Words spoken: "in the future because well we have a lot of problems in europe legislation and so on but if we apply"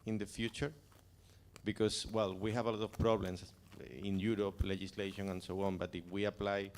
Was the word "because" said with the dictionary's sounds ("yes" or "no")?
no